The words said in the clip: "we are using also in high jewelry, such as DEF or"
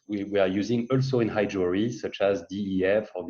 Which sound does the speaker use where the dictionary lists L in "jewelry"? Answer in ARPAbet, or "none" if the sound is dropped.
none